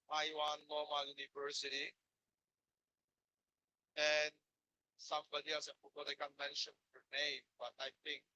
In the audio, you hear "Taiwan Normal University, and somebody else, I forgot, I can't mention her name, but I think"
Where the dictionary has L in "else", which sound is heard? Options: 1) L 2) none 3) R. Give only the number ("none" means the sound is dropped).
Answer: 2